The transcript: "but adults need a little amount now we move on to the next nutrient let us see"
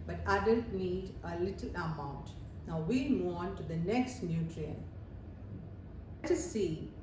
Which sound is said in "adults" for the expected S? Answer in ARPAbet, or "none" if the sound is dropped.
none